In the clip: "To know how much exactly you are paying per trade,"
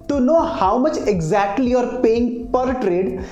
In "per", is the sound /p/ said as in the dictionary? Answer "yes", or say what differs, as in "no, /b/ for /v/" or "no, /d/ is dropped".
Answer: yes